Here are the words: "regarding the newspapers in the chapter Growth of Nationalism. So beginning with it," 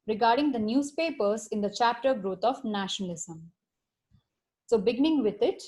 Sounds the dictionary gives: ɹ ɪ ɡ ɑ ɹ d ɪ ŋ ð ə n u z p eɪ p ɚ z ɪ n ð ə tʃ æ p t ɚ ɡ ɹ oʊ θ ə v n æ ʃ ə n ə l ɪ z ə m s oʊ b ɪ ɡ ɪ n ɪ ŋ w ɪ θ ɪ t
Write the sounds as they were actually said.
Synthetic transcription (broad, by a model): ɹ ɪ ɡ ɑ ɹ d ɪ ŋ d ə n u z p eɪ p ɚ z ɪ n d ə tʃ æ p t ɚ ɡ ɹ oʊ t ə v n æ ʃ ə n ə l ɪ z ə m s oʊ b ɪ ɡ ɪ n ɪ ŋ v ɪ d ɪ t